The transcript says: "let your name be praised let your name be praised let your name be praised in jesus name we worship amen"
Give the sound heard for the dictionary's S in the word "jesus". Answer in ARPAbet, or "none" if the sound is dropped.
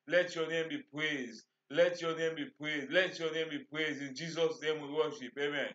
S